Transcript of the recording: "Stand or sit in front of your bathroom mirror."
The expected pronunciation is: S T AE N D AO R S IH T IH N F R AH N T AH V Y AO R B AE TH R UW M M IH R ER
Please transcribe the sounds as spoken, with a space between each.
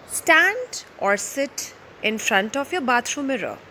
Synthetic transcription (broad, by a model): S T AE N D AO R S IH T IH N F R AH N T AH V Y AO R B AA T R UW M M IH R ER